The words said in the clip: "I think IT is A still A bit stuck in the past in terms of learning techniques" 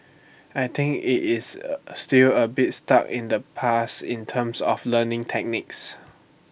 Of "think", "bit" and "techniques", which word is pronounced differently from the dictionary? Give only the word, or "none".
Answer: think